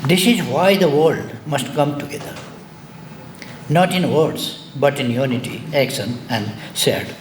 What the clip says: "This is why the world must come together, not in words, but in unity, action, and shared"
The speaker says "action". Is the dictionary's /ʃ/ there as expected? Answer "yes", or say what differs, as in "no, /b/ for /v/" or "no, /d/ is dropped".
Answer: no, /s/ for /ʃ/